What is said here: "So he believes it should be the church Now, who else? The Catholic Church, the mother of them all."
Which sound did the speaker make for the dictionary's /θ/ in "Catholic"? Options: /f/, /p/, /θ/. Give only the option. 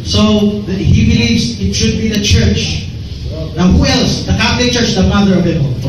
/f/